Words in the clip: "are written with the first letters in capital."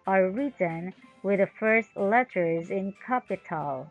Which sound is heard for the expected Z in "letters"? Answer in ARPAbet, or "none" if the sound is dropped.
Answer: Z